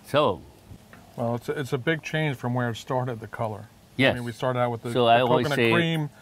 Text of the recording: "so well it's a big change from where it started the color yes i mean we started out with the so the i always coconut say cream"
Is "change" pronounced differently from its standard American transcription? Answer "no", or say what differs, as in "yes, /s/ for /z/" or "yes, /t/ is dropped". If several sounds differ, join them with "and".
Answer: yes, /ʒ/ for /dʒ/